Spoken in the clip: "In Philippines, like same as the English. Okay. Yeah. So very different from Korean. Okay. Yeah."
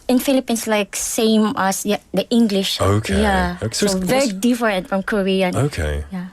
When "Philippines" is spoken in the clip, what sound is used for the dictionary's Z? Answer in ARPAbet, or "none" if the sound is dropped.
S